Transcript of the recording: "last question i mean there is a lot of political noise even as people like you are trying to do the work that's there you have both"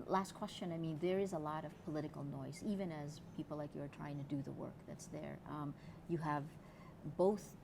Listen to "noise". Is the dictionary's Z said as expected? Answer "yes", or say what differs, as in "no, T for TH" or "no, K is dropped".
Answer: yes